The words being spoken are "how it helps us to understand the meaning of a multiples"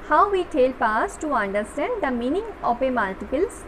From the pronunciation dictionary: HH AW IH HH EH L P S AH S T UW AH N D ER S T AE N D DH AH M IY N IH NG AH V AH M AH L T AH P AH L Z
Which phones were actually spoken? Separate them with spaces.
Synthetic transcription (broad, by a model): HH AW IH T EH L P AA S T UW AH N D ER S T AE N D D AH M IY N IH NG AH P AH M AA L T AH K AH L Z